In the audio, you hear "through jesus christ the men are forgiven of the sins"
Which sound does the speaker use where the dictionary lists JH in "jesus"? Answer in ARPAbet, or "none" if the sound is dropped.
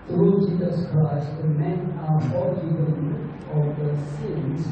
JH